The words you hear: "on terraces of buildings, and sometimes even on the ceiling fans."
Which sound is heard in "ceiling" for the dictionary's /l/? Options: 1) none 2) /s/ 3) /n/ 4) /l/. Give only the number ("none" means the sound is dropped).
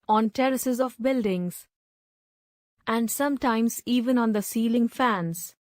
4